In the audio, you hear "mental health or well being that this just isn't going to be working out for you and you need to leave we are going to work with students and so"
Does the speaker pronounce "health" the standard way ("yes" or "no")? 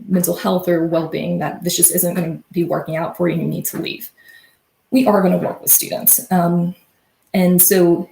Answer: yes